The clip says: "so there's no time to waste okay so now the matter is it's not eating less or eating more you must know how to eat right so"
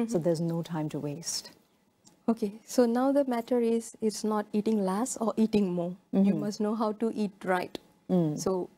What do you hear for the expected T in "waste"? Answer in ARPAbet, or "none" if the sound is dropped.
T